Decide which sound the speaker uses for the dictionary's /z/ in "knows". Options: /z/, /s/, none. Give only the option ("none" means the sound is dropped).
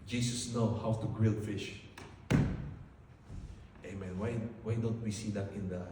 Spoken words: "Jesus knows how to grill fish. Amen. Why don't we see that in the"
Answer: none